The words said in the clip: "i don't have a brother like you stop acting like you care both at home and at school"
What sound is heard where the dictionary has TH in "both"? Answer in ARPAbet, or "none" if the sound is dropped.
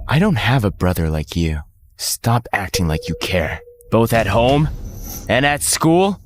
TH